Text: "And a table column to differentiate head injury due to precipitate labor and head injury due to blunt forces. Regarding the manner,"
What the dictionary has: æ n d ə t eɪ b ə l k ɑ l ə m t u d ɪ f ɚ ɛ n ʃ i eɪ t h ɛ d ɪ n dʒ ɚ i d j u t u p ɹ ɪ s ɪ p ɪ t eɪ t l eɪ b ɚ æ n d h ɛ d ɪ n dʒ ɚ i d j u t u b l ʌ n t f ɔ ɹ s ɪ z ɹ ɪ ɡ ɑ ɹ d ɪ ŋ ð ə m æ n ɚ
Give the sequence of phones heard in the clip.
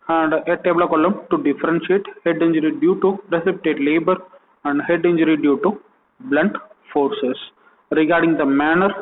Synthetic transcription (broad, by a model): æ n d ə t eɪ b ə l k ɑ l ə m t u d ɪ f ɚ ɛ n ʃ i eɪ t h ɛ d ɪ n dʒ ɚ i d j u t u p ɹ ɪ s ɪ p ɪ t eɪ t l eɪ b ɚ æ n d h ɛ d ɪ n dʒ ɚ i d j u t u b l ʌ n t f ɔ ɹ s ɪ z ɹ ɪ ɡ ɑ ɹ d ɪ ŋ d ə m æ n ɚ